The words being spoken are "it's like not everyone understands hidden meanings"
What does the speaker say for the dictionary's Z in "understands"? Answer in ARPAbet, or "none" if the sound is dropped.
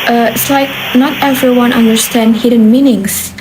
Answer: none